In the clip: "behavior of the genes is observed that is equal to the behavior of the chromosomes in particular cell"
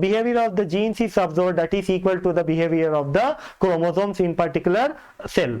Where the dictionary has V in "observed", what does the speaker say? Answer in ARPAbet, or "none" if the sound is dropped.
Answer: none